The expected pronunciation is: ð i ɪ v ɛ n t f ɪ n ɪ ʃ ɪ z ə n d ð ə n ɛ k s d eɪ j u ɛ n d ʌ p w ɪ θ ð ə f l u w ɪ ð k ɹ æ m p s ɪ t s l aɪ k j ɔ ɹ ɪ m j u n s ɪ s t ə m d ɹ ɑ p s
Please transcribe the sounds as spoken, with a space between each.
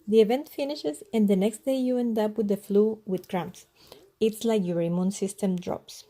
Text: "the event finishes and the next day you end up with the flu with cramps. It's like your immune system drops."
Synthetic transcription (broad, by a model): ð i ɪ v ɛ n t f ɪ n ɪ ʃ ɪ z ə n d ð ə n ɛ k s d eɪ j u ɛ n d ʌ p w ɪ ð ə f l u w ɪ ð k ɹ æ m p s ɪ t s l aɪ k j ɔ ɹ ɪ m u n s ɪ s t ə m d ɹ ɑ p s